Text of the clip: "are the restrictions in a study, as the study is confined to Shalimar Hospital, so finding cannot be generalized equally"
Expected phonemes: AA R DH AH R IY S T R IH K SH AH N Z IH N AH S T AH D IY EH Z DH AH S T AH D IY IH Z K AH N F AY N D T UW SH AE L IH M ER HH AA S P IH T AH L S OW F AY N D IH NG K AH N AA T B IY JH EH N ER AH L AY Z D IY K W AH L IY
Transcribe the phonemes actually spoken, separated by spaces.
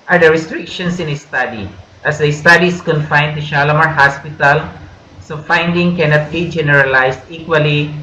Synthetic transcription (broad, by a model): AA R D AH R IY S T R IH K SH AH N S IH N AH S T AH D IY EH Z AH S T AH D IY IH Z K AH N F AY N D T UW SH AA L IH M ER HH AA S P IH T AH L S OW F AY N D IH NG K AH N AA T B IY JH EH N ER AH L AY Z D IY K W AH L IY